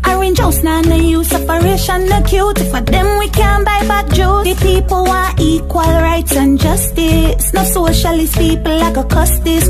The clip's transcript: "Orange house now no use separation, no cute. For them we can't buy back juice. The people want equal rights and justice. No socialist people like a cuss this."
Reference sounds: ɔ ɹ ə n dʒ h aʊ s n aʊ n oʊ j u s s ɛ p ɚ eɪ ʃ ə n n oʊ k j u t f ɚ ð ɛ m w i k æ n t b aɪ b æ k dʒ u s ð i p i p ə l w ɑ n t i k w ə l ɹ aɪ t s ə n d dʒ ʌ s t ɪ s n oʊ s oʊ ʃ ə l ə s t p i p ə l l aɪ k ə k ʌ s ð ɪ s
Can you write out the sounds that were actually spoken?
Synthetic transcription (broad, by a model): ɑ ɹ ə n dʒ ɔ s n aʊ n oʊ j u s s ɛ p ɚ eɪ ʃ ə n n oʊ k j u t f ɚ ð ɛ m w i k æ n b aɪ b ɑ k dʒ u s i p i p ə l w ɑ t i k w ə l ɹ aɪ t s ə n dʒ ʌ s t ɪ s n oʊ s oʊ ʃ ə l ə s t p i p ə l l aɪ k ə k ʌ s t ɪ s